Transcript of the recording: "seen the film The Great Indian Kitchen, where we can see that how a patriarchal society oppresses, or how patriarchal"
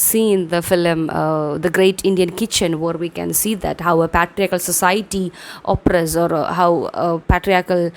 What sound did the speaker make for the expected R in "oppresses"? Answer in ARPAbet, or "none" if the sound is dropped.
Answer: none